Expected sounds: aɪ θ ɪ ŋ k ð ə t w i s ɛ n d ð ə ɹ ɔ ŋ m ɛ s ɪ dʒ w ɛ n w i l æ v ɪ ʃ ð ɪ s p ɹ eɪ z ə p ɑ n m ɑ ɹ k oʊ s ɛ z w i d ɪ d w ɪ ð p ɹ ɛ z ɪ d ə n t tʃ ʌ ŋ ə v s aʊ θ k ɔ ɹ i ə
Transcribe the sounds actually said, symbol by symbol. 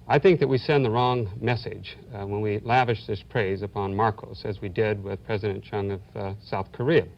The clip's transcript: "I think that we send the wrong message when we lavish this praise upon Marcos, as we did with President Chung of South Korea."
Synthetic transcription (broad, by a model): aɪ θ ɪ ŋ k ð ə t w i s ɛ n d ð ə ɹ ɔ ŋ m ɛ s ɪ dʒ w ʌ n w i l æ v ɪ ʃ ð ɪ s p ɹ eɪ z ə p ɑ n m ɑ ɹ k oʊ s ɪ z w i d ɪ d w ɪ ð p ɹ ɛ z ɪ d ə n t tʃ ʌ ŋ ə v s aʊ θ k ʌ ɹ i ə